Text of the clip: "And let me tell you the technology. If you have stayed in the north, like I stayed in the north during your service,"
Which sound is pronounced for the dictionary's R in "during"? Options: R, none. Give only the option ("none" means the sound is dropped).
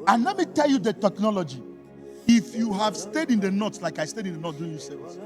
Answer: none